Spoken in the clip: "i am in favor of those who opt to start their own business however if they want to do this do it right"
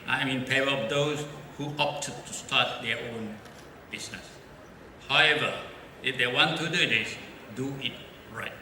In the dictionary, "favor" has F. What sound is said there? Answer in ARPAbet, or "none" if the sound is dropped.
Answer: P